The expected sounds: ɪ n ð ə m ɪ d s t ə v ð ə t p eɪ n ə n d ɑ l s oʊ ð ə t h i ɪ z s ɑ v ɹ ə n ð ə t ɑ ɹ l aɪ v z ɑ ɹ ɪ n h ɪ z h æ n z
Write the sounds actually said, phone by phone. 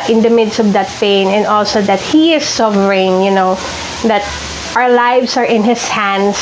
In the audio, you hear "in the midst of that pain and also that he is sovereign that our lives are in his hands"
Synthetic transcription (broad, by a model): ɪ n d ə m ɪ d s t ə v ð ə t p eɪ n ə n d ɑ l s oʊ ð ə t h i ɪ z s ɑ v ɹ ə n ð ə t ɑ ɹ l aɪ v s ɑ ɹ ɪ n h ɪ s h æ n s